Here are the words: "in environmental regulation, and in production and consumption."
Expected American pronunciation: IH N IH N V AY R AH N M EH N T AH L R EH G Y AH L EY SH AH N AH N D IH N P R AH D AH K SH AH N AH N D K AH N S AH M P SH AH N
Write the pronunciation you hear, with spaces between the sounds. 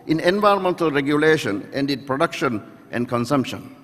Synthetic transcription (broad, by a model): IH N IH N V AY R AH N M EH N T AH L R EH G Y AH L EY SH AH N AH N D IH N P R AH D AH K SH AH N AH N D K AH N S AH M P SH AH N